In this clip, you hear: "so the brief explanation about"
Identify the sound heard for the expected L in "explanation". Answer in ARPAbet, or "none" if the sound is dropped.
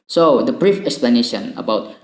L